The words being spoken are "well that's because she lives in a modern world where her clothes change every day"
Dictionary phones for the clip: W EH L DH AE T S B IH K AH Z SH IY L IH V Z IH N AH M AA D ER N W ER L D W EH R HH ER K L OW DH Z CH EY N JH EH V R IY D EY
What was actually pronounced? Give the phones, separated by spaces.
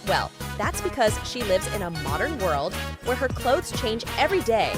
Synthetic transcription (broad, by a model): W EH L DH AE T S B IH K AH Z SH IY L IH V Z IH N AH M AA D ER N W ER L D W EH R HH ER K L OW DH Z CH EY N JH EH V R IY D EY